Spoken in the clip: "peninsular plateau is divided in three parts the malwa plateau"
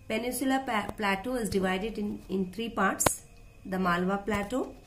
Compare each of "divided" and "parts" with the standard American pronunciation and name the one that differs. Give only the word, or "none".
none